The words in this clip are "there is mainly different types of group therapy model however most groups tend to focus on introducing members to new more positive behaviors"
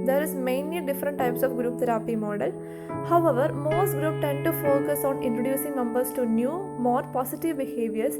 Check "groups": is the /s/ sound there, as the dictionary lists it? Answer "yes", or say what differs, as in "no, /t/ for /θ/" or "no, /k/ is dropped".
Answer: no, /s/ is dropped